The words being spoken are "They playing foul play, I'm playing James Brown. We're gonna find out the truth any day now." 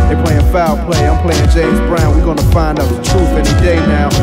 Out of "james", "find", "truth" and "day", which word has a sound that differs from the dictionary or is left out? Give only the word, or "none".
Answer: truth